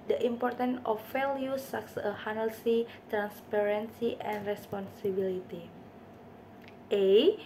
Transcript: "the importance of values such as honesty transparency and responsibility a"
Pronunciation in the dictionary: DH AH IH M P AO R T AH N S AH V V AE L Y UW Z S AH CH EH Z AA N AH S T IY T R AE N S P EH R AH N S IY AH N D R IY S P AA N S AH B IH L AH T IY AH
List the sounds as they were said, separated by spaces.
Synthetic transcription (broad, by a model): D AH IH M P AO R T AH N AH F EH L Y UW S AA S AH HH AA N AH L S IY T R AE N S P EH R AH N S IY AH N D R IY S P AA N S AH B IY L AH T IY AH